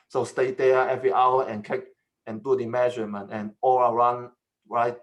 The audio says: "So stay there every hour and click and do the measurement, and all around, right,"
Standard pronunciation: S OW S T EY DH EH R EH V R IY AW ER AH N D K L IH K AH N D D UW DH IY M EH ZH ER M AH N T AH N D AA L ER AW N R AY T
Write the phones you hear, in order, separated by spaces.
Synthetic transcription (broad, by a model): S OW S T EY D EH EH V R IY AW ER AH N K IH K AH N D D UW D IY M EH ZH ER M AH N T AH N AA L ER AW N R AY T